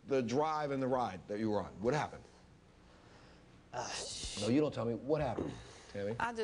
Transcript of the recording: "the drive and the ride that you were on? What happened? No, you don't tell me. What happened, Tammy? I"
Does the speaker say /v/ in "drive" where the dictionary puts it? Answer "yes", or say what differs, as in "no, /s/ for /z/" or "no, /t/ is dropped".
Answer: yes